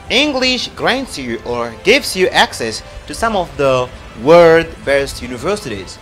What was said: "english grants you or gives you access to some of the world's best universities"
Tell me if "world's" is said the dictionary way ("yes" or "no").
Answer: no